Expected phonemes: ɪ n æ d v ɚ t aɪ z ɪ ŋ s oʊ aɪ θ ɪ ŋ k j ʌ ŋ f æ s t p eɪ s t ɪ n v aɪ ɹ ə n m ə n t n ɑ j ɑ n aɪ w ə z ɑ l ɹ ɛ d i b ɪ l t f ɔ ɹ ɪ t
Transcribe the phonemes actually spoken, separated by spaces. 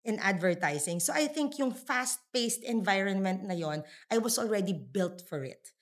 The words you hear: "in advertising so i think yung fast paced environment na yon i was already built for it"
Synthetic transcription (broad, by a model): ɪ n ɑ d v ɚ t aɪ s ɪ ŋ s oʊ aɪ θ ɪ ŋ k j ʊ ŋ f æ s t p eɪ s t ɪ n v aɪ ɹ ə n m ə n t n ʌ j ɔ n aɪ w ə s ɑ l ɹ ɛ d i b ɪ l t f ɔ ɹ ɪ t